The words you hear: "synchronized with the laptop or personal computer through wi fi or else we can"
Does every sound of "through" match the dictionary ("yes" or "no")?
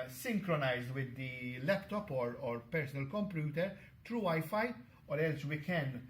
no